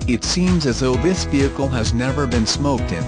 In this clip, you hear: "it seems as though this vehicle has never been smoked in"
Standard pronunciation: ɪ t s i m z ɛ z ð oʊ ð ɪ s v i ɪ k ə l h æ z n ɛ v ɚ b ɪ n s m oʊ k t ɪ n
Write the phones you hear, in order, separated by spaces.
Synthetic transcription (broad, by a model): ɪ t s i m z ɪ z ð oʊ ð ɪ s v i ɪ k l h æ z n ɛ v ɚ b ɪ n s m oʊ k t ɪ n